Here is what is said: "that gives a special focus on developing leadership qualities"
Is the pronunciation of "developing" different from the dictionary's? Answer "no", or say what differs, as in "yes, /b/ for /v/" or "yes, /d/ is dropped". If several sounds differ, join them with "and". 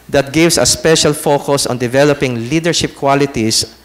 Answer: no